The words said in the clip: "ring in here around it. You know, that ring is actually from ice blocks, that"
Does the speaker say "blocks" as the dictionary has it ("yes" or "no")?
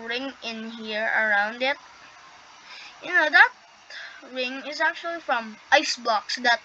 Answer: no